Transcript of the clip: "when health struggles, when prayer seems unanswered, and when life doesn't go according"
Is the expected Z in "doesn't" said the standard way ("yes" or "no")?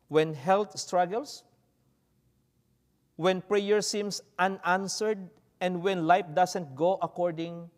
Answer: no